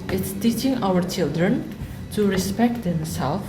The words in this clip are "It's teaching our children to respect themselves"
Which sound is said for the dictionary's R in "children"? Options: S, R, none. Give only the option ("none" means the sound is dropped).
R